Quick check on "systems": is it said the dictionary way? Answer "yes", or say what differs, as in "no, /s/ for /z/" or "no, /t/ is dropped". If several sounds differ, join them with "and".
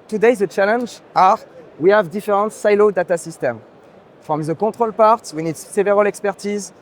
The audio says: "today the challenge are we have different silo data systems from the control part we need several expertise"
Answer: no, /z/ is dropped